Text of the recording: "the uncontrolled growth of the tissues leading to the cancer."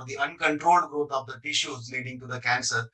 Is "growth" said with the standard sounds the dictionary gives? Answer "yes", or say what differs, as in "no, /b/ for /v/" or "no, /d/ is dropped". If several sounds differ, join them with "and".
no, /t/ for /θ/